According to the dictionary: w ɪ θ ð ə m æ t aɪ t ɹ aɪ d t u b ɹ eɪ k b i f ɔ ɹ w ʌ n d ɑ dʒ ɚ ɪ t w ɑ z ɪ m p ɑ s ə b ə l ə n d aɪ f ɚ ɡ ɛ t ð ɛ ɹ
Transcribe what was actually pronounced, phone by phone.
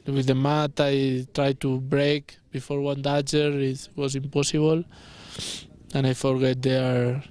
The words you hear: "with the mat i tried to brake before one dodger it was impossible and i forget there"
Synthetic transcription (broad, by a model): w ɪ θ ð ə m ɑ t aɪ t ɹ aɪ d t u b ɹ eɪ k b i f ɔ ɹ w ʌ n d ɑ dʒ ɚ ɪ t w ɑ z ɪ m p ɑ s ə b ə l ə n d aɪ f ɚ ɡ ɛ t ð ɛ ɹ